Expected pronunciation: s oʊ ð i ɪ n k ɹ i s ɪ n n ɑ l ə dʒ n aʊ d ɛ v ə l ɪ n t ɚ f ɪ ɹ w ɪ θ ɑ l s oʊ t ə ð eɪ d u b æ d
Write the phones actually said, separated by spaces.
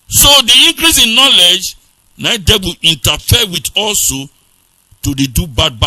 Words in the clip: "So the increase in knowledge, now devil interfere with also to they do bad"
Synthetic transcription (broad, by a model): s oʊ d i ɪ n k ɹ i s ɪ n n ɑ l ə dʒ n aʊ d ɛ b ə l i n t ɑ f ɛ w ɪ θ ɑ l s oʊ t ə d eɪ d u b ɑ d